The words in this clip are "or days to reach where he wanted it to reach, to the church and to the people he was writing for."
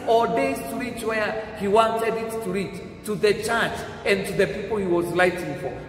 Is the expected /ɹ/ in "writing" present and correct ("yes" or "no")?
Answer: no